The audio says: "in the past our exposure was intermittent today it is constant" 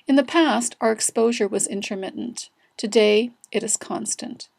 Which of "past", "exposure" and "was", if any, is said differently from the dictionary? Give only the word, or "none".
none